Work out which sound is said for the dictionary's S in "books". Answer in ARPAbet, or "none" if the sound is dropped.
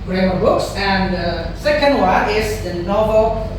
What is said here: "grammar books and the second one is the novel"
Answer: S